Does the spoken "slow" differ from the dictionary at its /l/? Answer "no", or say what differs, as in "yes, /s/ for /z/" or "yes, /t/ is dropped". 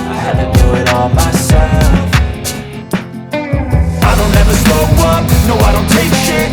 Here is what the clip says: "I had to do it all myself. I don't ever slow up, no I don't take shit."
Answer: yes, /l/ is dropped